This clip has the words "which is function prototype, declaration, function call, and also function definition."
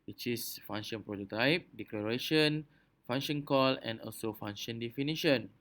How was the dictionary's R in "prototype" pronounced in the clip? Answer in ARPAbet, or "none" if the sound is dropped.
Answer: R